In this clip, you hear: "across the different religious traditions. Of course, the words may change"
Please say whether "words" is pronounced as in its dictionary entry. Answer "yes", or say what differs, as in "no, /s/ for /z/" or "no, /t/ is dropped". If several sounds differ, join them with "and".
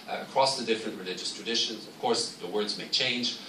yes